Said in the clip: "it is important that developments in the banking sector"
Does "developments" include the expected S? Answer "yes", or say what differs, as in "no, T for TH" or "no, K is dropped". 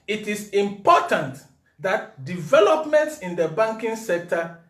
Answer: yes